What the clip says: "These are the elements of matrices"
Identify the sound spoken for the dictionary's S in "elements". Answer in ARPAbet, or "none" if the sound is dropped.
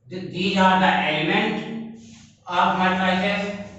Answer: none